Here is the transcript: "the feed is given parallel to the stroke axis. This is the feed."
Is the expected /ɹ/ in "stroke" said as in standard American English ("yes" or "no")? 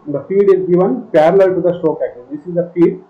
no